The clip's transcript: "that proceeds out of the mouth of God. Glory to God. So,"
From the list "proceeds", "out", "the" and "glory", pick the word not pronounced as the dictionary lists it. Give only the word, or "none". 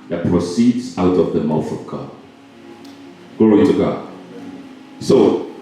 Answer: glory